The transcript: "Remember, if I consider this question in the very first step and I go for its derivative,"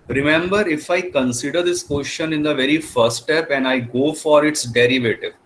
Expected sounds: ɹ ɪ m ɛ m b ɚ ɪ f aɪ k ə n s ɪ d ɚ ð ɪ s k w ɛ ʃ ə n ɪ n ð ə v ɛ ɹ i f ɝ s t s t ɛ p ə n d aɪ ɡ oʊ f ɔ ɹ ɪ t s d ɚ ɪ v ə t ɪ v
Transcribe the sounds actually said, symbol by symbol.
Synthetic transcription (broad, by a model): ɹ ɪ m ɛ m b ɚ ɪ f aɪ k ə n s ɪ d ɚ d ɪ s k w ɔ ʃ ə n ɪ n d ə v ɛ ɹ i f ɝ t s t ɛ p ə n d aɪ ɡ oʊ f ɔ ɹ ɪ t s d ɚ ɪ v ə t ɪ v